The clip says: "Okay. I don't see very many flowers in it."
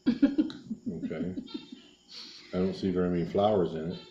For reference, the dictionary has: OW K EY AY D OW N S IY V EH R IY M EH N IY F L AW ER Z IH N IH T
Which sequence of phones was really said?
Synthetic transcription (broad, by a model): OW K EY AY D OW N S IY V EH R IY M EH N IY F L AW ER Z IH N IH T